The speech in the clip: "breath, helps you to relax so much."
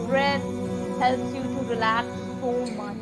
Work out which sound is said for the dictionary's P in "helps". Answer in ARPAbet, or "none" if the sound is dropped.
none